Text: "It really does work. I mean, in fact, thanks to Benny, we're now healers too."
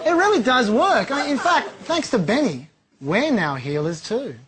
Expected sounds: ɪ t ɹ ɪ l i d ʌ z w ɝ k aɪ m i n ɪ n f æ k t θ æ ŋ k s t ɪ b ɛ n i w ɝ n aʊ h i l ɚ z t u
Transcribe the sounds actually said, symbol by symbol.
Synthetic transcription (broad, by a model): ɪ t ɹ ɪ l i d ʌ z w ɝ k aɪ m i n ɪ n f æ k t θ æ ŋ k s t ɪ b ɛ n i w ɝ n aʊ h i l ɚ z t u